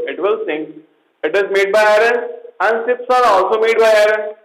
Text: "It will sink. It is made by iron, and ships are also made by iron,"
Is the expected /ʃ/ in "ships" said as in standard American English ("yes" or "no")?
no